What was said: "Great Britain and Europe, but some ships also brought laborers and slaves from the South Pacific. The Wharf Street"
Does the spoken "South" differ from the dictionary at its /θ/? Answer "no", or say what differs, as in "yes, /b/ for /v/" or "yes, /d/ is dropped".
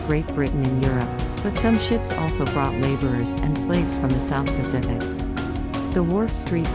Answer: no